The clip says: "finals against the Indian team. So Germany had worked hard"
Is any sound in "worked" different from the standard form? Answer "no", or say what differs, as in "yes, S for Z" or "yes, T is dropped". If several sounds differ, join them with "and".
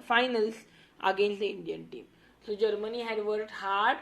yes, K is dropped